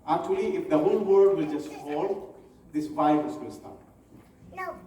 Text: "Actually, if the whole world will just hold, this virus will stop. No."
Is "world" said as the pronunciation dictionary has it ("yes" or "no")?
no